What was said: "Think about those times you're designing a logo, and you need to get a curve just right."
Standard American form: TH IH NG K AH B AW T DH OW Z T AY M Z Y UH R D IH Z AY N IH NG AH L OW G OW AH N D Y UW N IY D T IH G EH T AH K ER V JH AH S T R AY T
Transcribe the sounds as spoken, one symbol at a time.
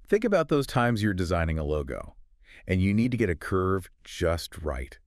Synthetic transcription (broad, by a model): TH IH NG K AH B AW T DH OW Z T AY M Z Y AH R D IH Z AY N IH NG AH L OW G OW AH N Y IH N IY D T IH G EH T AH K ER V JH AH S T R AY T